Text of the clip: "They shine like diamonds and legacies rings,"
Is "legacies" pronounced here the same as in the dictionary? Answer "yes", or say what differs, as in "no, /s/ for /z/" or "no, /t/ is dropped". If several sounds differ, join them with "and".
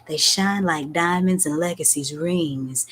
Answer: yes